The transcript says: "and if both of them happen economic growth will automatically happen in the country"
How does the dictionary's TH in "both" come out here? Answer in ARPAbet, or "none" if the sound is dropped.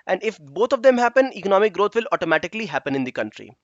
T